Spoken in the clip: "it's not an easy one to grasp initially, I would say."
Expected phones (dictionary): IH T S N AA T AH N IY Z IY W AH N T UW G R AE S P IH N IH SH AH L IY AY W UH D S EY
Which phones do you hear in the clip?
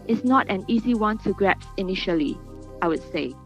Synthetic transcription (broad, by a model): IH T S N AA T AH N IY Z IY W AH N T UW G R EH P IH N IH SH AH L IY AY W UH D S EY